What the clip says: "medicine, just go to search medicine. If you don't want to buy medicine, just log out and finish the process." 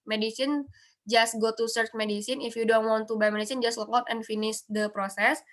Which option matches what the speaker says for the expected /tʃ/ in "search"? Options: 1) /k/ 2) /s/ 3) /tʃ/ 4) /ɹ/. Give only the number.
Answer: 3